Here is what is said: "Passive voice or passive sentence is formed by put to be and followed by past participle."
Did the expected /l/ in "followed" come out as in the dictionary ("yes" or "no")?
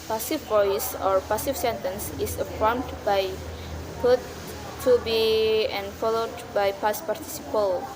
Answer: yes